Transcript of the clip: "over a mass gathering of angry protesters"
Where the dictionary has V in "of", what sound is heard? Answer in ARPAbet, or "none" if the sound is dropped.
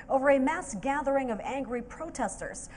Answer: V